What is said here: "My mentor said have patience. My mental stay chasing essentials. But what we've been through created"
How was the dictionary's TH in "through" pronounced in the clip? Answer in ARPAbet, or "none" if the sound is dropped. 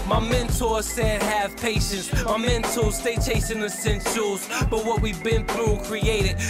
TH